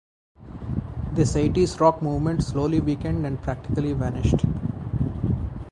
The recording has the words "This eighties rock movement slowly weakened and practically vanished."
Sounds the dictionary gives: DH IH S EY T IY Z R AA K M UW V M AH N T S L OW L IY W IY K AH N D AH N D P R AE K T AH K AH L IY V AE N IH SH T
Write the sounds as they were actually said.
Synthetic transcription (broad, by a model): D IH S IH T IY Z R AA K M UW V M AH N T S L OW L IY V IY K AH N D AH N D P R AE K T AH K AH L IY V AE N IH SH T